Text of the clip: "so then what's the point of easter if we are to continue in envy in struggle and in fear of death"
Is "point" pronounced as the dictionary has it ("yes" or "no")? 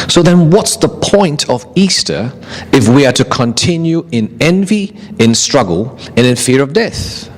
yes